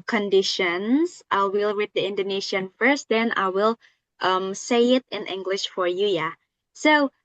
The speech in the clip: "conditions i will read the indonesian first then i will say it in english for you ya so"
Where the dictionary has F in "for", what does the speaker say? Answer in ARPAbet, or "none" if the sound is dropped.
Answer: F